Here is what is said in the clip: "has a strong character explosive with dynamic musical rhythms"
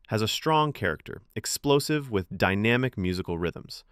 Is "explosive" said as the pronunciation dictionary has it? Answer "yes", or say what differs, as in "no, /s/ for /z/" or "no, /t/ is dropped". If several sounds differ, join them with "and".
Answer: yes